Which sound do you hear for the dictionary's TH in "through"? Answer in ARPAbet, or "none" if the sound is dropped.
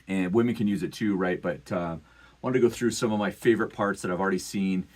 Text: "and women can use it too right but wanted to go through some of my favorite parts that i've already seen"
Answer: TH